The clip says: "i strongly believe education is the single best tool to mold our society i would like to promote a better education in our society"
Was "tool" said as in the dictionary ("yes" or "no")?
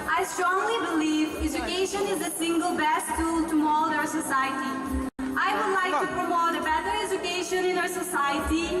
yes